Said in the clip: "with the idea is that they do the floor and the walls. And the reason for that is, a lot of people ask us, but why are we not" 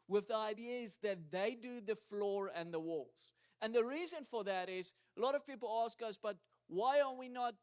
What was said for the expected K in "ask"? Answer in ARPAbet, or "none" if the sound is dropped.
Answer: K